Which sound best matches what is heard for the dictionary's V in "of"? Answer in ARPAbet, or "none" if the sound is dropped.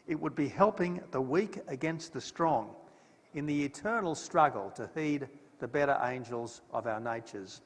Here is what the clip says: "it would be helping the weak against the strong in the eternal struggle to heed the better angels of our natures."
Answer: V